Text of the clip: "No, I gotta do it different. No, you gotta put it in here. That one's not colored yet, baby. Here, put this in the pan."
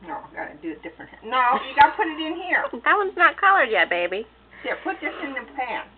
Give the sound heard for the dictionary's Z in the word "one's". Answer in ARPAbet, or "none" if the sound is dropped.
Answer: Z